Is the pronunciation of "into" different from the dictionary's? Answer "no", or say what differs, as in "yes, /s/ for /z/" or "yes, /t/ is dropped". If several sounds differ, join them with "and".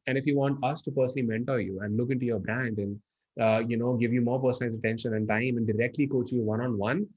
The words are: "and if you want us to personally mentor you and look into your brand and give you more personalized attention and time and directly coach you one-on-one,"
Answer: no